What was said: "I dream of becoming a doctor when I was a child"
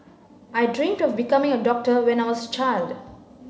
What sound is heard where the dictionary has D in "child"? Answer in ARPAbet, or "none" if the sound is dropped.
D